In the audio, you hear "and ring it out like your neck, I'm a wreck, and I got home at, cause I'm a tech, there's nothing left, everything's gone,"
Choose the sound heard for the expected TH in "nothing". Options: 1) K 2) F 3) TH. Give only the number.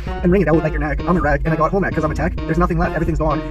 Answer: 3